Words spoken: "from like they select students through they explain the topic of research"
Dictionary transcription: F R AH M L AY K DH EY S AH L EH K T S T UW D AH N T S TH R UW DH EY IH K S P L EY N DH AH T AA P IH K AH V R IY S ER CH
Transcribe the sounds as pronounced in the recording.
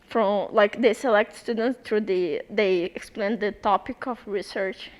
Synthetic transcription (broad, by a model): F R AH M L AY K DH EY S AH L EH K T S T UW D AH N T S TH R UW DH EY IH K S P L EY N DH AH T AA P IH K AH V R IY S ER CH